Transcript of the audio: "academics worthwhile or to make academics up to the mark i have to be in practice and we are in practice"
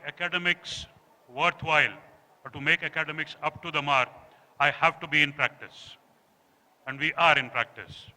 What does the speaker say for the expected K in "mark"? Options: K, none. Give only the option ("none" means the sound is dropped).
none